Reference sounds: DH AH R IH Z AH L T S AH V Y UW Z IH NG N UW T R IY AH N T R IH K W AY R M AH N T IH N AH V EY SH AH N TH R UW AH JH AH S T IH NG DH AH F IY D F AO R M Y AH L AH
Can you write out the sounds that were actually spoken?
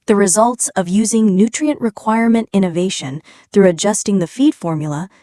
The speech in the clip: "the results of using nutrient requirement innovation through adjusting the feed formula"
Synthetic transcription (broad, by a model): DH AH R IH Z AH L T S AH V Y UW Z IH NG N UW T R IY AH N T R IH K W AY R M AH N T IH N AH V EY SH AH N TH R UW AH JH AH S T IH NG DH AH F IY D F AO R M Y L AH